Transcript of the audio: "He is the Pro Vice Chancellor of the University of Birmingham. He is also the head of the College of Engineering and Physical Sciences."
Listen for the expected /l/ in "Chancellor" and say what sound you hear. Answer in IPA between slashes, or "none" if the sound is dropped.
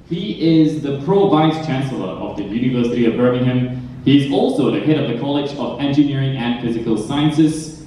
/l/